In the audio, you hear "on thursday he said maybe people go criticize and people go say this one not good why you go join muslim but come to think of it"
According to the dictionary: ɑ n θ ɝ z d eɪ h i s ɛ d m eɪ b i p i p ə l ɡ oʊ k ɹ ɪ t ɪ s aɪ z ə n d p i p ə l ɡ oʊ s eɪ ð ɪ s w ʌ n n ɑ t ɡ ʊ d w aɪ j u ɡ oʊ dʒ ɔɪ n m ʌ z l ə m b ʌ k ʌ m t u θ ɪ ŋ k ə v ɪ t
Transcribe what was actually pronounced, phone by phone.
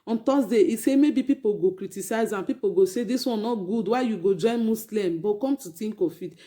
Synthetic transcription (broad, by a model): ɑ n t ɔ s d eɪ i s ɛ m eɪ b i p i p ə l ɡ oʊ k ɹ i t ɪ s aɪ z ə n p i p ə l ɡ oʊ s eɪ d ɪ s w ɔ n n ɑ t ɡ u d w aɪ j u ɡ oʊ dʒ ɔɪ n m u s l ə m b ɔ k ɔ m t u t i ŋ k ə f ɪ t